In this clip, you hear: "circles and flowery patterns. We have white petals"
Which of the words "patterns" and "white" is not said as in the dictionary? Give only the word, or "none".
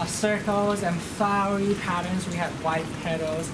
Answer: none